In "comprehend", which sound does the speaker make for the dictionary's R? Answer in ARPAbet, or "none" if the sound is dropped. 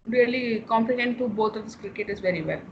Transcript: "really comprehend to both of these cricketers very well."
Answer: none